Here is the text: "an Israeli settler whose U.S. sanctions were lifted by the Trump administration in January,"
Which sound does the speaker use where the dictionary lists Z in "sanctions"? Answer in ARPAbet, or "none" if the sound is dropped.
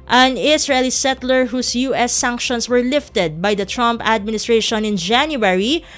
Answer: S